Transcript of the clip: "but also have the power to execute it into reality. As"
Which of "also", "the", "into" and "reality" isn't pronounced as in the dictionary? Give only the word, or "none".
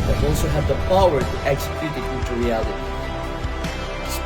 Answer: into